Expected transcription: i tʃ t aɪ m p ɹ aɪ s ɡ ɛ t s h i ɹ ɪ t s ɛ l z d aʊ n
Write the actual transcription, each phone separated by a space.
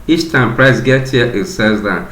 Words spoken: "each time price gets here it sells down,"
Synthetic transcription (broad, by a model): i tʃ t aɪ m p ɹ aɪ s ɡ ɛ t h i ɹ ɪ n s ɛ z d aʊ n